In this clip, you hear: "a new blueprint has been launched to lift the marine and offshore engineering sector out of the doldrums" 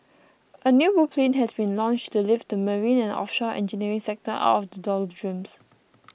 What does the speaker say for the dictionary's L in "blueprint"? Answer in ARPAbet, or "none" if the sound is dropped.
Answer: none